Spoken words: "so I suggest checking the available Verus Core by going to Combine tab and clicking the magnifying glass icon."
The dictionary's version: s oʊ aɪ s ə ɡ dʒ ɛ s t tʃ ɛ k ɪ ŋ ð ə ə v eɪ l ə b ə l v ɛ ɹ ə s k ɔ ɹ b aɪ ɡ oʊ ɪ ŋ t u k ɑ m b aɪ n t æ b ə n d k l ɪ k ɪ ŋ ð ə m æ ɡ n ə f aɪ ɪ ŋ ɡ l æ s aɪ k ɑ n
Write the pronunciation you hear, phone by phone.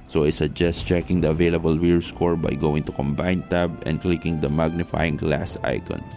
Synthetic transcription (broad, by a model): s oʊ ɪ s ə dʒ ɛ s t tʃ ɛ k ɪ ŋ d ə ə v eɪ l ə b ə l w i ɹ s k ɔ ɹ b aɪ ɡ oʊ ɪ ŋ t u k ɑ m b aɪ n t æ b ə n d k l ɪ k ɪ ŋ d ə m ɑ ɡ n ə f aɪ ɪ ŋ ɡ l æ s aɪ k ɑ n